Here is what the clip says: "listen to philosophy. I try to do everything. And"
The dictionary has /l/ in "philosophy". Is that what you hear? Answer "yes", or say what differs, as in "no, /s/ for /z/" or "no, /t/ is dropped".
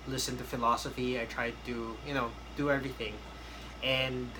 yes